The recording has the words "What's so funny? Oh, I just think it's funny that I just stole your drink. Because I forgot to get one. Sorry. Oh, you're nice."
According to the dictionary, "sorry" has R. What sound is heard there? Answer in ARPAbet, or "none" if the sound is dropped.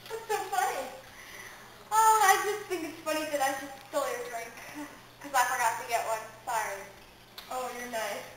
none